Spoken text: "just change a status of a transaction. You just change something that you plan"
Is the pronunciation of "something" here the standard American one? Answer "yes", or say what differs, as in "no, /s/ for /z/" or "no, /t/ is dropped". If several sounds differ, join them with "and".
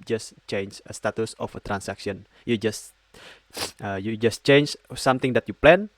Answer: no, /t/ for /θ/